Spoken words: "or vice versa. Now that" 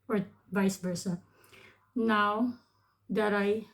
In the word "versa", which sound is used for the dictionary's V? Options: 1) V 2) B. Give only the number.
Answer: 2